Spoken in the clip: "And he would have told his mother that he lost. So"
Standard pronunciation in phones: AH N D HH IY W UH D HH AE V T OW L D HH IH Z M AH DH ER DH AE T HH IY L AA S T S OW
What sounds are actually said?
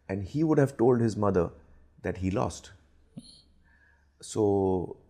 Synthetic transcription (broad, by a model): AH N D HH IY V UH D HH AE V T OW L D HH IH Z M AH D ER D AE T HH IY L AA S T S OW